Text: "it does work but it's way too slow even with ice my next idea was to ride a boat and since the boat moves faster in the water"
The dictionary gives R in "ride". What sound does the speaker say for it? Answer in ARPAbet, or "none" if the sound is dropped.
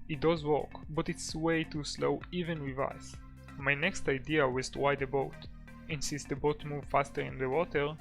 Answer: W